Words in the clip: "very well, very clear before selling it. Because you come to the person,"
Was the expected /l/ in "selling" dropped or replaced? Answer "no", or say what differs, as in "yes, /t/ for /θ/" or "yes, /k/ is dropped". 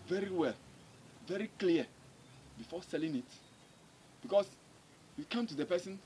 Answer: no